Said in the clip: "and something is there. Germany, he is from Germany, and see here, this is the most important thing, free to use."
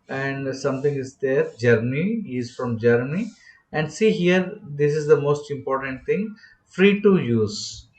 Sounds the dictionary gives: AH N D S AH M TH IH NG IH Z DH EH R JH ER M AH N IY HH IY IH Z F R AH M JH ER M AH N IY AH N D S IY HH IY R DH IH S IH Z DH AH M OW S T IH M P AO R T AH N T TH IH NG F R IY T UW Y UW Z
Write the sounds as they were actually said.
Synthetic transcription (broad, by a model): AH N D S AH M T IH NG IH Z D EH R JH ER M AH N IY IY IH Z F R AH M JH ER M AH N IY AH N D S IY HH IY R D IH S IH Z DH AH M OW S T IH M P AO R T AH N T T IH NG F R IY T UW Y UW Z